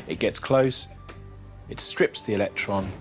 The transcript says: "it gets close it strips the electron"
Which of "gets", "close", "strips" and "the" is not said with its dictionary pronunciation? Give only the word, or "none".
none